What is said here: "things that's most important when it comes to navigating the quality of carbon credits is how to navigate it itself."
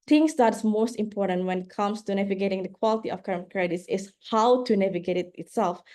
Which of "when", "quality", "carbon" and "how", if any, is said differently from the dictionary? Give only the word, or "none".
carbon